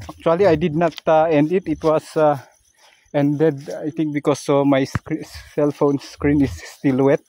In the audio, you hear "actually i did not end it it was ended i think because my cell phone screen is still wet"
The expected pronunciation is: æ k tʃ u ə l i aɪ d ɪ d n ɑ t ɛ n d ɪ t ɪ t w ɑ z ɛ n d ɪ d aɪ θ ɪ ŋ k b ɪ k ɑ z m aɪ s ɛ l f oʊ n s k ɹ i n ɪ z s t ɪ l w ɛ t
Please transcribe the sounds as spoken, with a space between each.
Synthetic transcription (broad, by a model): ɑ k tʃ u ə l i aɪ d ɪ d n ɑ t ɛ n d ɪ t ɪ t w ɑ s ɛ n d ɪ d aɪ t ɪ ŋ k b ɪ k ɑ s m aɪ s ɛ l f oʊ n s k ɹ i n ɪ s t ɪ l w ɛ t